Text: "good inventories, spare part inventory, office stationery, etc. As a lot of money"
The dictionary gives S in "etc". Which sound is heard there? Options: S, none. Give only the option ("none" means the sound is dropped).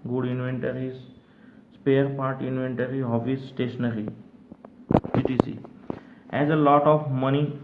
none